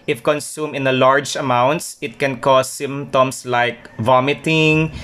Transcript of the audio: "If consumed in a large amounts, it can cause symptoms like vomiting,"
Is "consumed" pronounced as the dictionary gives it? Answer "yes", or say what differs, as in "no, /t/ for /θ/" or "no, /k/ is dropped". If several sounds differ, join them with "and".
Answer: no, /d/ is dropped